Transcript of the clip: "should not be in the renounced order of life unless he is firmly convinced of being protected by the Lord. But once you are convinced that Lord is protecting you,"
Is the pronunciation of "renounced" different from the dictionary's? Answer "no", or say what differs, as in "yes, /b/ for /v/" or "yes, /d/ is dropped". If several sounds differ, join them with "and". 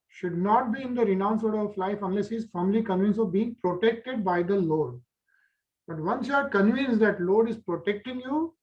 yes, /t/ is dropped